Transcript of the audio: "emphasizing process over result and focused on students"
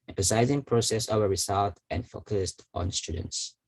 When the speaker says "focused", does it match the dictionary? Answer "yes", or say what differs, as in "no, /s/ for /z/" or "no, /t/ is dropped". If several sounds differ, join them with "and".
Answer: yes